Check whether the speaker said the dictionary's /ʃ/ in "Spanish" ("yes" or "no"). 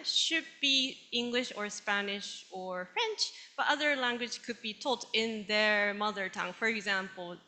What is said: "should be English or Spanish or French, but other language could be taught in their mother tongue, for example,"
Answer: yes